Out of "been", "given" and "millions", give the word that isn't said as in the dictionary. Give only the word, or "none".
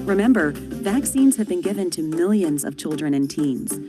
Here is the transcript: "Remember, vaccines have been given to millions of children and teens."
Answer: none